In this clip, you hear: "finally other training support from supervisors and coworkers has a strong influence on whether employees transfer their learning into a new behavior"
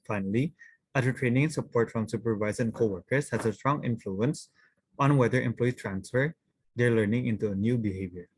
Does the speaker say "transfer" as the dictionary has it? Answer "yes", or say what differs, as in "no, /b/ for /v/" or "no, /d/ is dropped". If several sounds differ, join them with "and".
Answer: yes